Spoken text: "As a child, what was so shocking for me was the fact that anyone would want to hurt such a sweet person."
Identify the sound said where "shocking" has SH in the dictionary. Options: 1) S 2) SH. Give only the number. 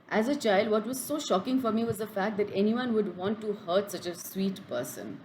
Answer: 2